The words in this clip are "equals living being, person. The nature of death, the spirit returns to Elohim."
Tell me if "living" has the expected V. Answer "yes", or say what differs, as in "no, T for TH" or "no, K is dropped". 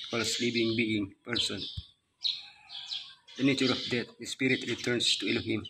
no, P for V